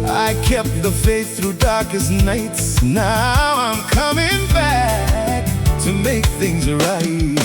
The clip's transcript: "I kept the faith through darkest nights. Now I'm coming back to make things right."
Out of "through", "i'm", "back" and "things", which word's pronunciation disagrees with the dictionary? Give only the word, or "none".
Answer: none